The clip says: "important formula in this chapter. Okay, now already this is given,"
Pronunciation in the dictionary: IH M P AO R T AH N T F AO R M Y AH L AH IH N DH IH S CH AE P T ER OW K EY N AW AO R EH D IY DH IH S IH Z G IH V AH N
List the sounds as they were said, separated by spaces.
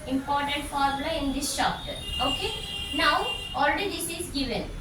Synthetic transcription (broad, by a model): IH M P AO R T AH N T F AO R M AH L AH IH N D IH S SH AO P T OW K EY N AW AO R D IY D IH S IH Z G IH V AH N